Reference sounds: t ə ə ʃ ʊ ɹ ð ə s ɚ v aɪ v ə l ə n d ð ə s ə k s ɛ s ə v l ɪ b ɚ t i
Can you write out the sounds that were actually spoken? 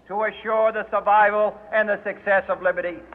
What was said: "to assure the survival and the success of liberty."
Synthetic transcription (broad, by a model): t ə ə ʃ ʊ ɹ ð ə s ɚ v aɪ v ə l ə n ð ə s ə k s ɛ s ə v l ɪ b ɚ t i